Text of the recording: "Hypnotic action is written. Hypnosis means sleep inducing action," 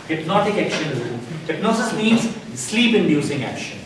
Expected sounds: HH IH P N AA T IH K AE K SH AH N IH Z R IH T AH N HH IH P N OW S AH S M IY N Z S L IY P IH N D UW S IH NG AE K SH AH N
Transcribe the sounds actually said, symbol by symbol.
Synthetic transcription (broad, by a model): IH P N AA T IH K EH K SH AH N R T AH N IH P N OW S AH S M IY N Z S L IY P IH N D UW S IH NG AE K SH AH N